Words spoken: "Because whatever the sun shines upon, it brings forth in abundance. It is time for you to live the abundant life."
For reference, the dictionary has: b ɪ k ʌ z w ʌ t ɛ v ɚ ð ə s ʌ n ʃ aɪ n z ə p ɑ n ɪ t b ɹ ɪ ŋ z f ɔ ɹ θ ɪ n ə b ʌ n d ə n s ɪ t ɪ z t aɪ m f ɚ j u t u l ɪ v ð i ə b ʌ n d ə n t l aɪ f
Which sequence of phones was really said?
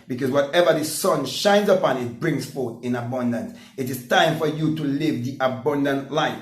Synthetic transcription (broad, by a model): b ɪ k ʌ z w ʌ t ɛ v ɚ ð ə s ʌ n ʃ aɪ n z ə p ɑ n ɪ t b ɹ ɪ ŋ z f ɔ ɹ θ ɪ n ə b ʌ n d ə n s ɪ t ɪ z t aɪ m f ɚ j u t u l ɪ v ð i ə b ʌ n d ə n t l aɪ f